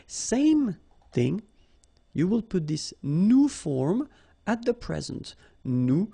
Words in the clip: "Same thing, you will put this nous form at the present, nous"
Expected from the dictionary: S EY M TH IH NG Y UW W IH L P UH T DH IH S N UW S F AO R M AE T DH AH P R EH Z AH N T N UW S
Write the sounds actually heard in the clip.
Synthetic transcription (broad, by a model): S EY M TH IH NG Y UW W IH L P UH T DH IH S N UW F AO R M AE T DH AH P R EH Z AH N T N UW